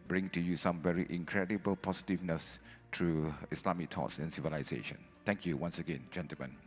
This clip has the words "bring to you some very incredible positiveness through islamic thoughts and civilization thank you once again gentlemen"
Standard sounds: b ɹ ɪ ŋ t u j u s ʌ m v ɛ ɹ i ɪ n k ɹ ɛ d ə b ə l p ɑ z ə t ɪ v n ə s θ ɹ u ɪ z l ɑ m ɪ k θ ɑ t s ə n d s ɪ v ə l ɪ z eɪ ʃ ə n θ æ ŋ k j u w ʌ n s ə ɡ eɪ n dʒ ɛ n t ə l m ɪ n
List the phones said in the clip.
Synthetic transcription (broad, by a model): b ɹ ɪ ŋ t u j u s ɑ m v ɛ ɹ i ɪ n k ɹ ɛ d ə b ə l p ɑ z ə t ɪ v n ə s t ɹ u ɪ s l ɑ m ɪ k t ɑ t s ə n s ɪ v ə l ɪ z eɪ ʃ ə n t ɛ ŋ k j u w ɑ n s ə ɡ eɪ n dʒ ɛ n t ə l m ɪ n